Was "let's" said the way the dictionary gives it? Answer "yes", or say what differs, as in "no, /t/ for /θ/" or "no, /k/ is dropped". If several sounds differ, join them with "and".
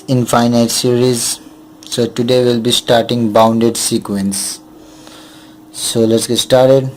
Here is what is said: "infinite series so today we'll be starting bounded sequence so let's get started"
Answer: yes